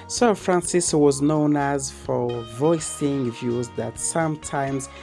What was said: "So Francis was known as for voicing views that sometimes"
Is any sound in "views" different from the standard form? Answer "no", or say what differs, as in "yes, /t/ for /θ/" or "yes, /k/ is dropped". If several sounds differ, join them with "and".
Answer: no